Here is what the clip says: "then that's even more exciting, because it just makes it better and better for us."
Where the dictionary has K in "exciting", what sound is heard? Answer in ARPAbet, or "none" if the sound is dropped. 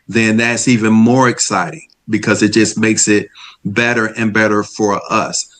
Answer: K